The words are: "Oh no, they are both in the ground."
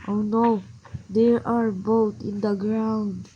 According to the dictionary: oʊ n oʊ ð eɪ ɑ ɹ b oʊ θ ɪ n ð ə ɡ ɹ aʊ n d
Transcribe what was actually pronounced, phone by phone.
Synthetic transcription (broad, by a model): oʊ n oʊ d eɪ ɑ ɹ b oʊ t ɪ n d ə ɡ ɹ aʊ n d